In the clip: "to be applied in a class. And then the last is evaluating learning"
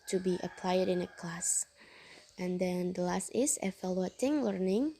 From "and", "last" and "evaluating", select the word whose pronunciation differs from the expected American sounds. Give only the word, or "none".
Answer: evaluating